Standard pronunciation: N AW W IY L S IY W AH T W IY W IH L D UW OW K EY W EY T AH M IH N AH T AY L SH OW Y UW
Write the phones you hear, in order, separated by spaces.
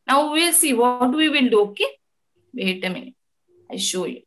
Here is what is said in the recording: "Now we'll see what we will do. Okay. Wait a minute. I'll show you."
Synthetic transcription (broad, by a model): N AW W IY L S IY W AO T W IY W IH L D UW OW K EY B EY T AH M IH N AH IH SH OW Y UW